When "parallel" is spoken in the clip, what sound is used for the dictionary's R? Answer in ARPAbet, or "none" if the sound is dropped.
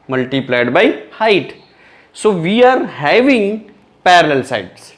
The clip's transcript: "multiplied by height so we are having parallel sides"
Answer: R